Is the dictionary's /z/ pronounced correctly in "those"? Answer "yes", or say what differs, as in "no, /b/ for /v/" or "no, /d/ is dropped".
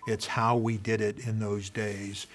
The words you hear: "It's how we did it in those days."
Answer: yes